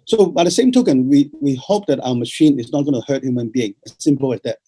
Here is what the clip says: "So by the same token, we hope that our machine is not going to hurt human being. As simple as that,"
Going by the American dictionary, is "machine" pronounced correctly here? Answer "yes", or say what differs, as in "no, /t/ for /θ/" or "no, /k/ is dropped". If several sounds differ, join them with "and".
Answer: yes